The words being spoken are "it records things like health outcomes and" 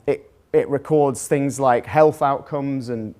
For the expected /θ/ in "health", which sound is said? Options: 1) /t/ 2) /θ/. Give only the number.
2